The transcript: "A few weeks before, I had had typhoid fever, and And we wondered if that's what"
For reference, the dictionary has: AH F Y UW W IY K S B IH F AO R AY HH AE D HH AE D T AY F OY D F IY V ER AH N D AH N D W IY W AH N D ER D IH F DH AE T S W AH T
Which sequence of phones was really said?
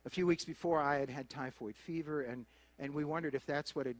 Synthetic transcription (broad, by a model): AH F Y UW W IY K S B IH F AO R AY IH D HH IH D T AY F OY D F IY V ER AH N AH N W IY W AH N D ER D IH F DH AE T S W AH T